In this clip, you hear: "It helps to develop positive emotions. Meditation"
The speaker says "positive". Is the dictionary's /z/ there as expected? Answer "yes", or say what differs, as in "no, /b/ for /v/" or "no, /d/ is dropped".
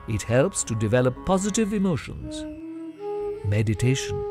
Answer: yes